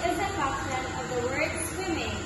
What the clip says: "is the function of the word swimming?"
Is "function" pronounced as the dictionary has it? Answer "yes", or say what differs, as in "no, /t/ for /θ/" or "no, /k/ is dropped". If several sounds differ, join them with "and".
no, /ŋ/ is dropped